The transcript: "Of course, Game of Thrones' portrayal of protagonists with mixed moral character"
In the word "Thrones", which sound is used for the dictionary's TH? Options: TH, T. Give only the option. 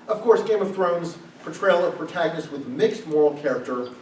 TH